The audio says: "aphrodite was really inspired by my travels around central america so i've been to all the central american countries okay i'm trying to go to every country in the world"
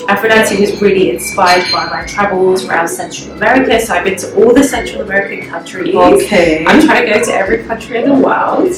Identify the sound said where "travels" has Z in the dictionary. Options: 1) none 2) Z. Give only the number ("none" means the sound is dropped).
2